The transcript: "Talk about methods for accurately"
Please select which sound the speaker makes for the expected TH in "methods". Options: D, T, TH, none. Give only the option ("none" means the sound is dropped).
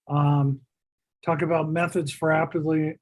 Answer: TH